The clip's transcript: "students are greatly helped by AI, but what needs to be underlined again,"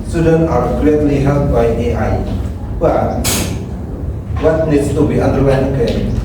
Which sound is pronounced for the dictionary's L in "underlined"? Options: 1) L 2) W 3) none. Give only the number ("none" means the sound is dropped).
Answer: 2